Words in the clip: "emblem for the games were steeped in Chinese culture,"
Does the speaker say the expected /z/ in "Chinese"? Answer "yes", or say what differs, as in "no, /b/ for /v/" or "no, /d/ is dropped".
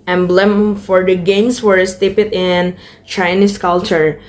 no, /s/ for /z/